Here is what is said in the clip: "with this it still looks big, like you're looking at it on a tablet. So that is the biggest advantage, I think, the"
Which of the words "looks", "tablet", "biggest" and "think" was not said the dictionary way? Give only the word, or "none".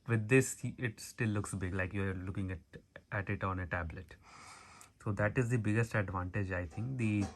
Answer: think